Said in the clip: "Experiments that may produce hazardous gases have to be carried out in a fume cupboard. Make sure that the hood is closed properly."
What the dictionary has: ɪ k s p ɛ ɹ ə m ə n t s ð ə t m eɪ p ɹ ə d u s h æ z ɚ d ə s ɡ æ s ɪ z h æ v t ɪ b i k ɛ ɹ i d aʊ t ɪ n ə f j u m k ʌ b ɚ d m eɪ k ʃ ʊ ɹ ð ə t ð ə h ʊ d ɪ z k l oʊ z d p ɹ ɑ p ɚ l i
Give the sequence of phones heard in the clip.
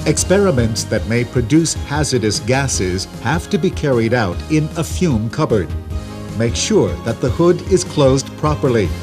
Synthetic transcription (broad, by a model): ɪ k s p ɛ ɹ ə m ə n t s ð ə t m eɪ p ɹ ə d u s h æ z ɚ d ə s ɡ æ s ɪ z h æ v t ɪ b i k ɛ ɹ i d aʊ t ɪ n ə f j u m k ʌ b ɚ d m eɪ k ʃ ʊ ɹ ð ə t ð ə h ʊ d ɪ z k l oʊ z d p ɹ ɑ p ɚ l i